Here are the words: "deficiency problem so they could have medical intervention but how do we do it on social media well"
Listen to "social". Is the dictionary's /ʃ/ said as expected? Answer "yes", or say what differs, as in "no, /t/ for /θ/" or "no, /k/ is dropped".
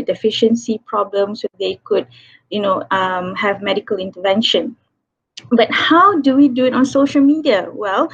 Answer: yes